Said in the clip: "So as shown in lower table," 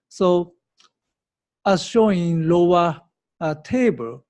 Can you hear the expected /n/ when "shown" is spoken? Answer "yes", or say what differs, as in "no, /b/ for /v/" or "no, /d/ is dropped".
no, /n/ is dropped